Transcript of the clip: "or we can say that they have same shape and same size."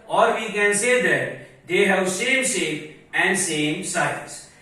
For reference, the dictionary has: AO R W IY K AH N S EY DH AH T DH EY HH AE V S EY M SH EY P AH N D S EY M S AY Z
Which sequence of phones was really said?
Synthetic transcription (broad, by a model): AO R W IY K AH N S EY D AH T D EY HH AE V S EY M S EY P AH N D S EY M S AY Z